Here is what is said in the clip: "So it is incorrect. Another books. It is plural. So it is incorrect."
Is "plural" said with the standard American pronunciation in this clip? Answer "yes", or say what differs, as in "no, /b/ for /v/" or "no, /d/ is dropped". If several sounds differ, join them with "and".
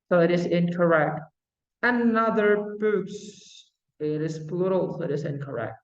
no, /b/ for /p/